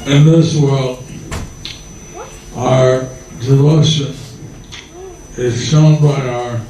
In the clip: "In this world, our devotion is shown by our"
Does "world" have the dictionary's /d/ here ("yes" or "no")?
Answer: no